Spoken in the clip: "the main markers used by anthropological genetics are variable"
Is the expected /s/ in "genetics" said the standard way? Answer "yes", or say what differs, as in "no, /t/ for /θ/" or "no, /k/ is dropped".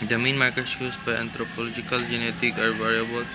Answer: no, /s/ is dropped